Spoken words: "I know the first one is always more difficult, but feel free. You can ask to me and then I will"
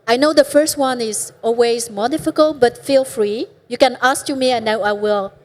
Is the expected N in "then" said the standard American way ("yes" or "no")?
no